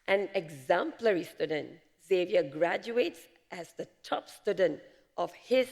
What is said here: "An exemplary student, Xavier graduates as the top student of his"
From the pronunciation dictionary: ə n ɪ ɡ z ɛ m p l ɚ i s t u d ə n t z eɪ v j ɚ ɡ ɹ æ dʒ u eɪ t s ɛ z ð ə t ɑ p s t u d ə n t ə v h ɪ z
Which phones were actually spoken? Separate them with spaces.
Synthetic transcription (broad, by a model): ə n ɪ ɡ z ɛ m p l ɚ i s t u d ə n t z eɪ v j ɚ ɡ ɹ æ dʒ u eɪ t s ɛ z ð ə t ɑ p s t u d ə n t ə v h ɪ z